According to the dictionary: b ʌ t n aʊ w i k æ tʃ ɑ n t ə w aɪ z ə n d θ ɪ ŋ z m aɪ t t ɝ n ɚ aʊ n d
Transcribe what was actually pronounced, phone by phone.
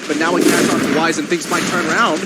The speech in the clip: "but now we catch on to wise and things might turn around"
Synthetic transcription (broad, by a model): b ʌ t n aʊ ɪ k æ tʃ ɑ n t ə w aɪ z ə n θ ɪ ŋ z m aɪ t t ɝ n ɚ aʊ n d